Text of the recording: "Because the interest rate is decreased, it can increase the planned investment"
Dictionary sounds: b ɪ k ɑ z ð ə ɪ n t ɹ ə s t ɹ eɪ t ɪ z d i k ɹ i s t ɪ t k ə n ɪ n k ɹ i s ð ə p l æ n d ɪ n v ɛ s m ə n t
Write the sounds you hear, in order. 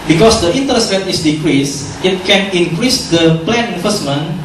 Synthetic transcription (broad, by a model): b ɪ k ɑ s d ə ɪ n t ɹ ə s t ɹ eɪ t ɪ s d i k ɹ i s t ɪ t k ə n ɪ n k ɹ i s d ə p l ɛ n ɪ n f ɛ s m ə n